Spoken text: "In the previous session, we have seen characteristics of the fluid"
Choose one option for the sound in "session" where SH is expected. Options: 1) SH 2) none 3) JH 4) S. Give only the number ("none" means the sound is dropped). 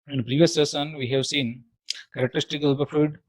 4